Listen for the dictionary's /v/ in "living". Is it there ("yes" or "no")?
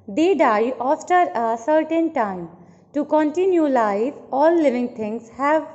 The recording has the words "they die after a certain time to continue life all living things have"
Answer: yes